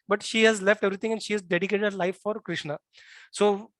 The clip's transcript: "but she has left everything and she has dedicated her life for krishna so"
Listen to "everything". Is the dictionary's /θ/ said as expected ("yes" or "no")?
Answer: no